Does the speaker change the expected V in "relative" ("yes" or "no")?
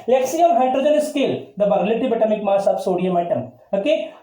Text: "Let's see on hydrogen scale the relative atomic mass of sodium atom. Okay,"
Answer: yes